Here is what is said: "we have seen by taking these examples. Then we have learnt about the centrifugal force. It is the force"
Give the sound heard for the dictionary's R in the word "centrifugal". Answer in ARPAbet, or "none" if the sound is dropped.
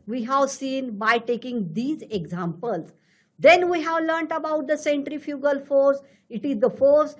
R